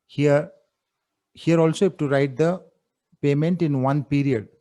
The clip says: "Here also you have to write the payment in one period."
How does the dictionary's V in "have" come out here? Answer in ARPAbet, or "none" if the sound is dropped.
P